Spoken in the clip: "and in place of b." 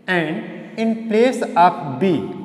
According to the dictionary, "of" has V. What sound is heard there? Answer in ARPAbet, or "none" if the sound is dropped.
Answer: P